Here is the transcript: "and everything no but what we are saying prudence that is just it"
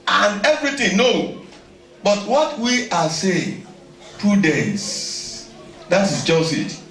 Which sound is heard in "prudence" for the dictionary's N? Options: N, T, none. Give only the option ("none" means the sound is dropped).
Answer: none